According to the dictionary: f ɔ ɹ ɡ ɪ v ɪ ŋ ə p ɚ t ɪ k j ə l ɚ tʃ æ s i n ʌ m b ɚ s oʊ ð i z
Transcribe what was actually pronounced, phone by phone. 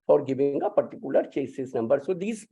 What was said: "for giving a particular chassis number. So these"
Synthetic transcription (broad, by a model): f ɔ ɹ ɡ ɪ b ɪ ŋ ə p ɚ t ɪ k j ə l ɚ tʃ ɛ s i n ʌ m b ɚ s oʊ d i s